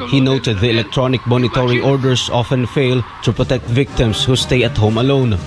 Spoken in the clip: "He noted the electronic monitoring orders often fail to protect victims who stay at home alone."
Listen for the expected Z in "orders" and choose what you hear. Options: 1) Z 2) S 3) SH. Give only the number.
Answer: 2